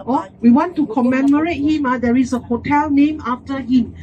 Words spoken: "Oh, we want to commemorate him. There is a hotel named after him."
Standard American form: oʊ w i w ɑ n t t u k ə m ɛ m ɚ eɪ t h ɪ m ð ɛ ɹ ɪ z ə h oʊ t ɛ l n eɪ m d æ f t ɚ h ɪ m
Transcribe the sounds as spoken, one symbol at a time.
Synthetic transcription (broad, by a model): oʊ w i w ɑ n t t u k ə m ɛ m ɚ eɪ t h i m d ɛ ɹ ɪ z ə h oʊ t ɛ l n eɪ m ɑ f t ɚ h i m